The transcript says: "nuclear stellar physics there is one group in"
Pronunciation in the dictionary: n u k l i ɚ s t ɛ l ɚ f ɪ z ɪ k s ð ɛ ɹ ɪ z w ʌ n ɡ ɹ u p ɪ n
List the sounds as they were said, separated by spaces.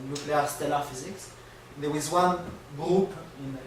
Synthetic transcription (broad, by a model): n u k l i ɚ s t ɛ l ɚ f ɪ z ɪ k s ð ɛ w ɪ z w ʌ n ɡ ɹ u p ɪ n